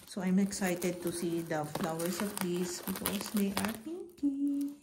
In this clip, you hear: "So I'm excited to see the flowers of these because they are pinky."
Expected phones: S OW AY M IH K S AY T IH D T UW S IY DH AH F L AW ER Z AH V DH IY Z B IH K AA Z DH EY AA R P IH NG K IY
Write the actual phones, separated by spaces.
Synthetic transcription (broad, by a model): S OW AY M IH K S AY T IH D T UW S IY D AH F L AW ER S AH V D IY S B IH K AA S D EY AA R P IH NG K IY